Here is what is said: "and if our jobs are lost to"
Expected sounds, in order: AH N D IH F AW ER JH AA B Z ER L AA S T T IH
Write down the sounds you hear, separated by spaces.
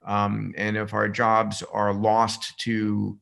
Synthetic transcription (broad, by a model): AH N IH F AW ER JH AA B Z ER L AA S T T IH